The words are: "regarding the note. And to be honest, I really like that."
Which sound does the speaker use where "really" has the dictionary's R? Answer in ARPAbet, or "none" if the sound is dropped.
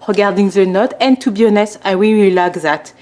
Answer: W